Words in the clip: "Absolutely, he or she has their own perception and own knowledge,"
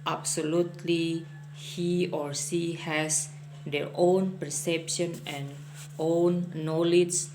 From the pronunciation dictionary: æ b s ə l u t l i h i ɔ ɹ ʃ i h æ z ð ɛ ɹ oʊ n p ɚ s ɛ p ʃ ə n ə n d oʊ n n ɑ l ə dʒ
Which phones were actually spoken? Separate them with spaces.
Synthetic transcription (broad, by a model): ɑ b s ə l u t l i h i ɔ ɹ s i h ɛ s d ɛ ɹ oʊ n p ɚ s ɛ p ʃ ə n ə n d oʊ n n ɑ l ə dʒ